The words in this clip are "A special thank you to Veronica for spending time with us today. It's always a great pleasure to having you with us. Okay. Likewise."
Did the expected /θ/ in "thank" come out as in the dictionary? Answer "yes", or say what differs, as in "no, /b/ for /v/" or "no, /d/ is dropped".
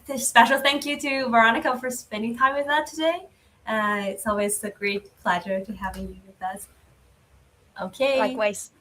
yes